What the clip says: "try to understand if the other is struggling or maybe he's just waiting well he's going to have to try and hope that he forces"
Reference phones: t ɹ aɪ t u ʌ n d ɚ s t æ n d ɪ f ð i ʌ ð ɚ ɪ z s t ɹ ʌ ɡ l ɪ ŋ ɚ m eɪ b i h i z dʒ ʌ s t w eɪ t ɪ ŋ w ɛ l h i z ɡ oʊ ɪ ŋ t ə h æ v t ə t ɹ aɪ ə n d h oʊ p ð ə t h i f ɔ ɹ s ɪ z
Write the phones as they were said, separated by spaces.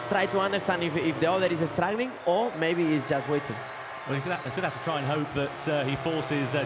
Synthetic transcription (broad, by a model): t ɹ aɪ t u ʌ n d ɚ s t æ n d ɪ f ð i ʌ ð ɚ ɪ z s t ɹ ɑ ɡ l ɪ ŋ ɚ m eɪ i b i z dʒ ʌ s t w eɪ t ɪ ŋ w ɛ l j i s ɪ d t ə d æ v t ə t ɹ aɪ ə n h oʊ p ð ə t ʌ i f ɔ ɹ s ɪ z